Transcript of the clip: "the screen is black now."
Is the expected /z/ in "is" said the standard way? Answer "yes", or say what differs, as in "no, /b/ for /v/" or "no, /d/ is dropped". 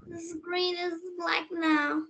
yes